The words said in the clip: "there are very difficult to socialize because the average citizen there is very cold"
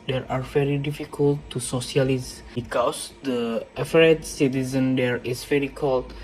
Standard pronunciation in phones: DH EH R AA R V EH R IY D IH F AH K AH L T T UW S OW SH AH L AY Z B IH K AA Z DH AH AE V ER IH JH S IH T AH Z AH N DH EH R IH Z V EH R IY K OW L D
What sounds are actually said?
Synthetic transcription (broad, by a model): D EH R AA R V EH R IY D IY F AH K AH L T T UW S OW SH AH L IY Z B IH K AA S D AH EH F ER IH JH S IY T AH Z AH N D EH R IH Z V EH R IY K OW L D